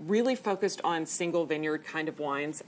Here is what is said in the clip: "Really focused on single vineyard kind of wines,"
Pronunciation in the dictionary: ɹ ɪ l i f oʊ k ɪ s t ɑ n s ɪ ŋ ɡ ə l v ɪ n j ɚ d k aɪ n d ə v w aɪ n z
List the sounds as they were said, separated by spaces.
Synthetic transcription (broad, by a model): ɹ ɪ l i f oʊ k ɪ s t n s ɪ ŋ ɡ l v ɪ n j ɚ d k aɪ n d ə v w aɪ n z